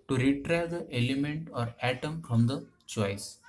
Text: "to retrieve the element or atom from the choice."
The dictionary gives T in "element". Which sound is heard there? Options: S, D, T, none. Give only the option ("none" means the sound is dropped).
T